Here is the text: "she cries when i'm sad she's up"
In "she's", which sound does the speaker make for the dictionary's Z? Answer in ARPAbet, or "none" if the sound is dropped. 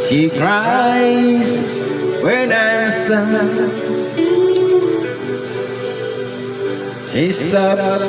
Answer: S